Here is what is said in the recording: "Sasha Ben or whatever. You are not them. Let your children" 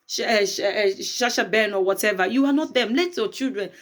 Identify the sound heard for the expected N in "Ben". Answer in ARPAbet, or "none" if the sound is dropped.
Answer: N